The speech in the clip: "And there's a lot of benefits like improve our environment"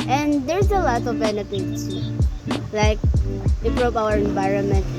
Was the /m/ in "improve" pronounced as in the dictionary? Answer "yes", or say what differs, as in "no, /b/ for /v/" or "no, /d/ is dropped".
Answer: no, /m/ is dropped